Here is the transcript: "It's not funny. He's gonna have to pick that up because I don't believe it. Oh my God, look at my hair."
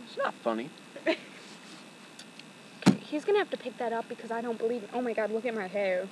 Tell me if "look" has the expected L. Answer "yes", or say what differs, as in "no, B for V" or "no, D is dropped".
no, W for L